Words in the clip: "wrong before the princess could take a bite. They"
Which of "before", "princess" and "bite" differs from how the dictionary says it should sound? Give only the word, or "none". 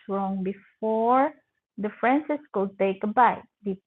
princess